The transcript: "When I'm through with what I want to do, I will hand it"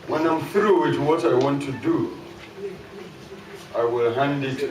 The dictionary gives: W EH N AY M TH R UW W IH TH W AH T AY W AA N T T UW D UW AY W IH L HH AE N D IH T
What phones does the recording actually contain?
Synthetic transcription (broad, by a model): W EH N AY M F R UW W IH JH W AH T AY W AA N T T UW D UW AY W IH L HH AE N D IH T